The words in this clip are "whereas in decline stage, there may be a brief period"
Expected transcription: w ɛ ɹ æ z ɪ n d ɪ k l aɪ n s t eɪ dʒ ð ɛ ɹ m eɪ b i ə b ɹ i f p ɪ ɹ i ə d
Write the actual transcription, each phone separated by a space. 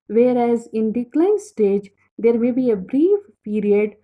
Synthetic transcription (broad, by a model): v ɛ ɹ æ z ɪ n d ɪ k l aɪ n s t eɪ dʒ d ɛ ɹ m eɪ b i ə b ɹ i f p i ɹ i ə d